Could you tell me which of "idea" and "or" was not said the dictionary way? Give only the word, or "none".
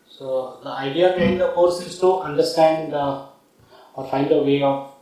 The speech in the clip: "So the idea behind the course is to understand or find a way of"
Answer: none